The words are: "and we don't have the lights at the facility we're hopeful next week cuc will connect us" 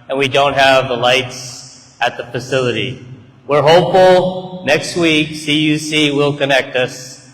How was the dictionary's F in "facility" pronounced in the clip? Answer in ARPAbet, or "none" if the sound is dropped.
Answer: F